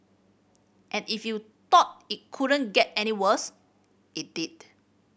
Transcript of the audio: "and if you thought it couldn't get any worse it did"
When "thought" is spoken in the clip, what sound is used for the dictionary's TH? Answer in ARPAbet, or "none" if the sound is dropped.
T